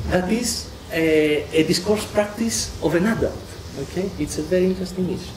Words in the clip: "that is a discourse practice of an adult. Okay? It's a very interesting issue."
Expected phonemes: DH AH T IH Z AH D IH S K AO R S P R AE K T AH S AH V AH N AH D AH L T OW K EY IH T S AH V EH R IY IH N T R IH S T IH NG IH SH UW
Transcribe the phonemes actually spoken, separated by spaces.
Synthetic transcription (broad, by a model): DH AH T IH Z AH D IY S K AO R S P R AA K T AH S AH V AH N AH D AH L T OW K EY IH T S AH V EH R IY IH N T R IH S T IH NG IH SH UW